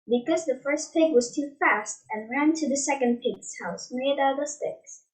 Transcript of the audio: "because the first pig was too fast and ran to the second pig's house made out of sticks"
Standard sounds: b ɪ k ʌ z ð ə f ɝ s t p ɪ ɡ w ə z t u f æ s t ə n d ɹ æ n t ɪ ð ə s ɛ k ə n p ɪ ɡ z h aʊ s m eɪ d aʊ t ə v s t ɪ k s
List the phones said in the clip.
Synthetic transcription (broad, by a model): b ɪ k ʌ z ð ə f ɝ s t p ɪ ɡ w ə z t u f æ s t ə n ɹ æ n t ɪ ð ə s ɛ k ə n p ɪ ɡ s h aʊ s m eɪ d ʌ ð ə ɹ s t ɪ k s